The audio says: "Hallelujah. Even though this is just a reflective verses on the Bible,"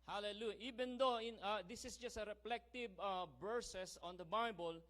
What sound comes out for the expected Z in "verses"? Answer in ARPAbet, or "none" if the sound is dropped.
S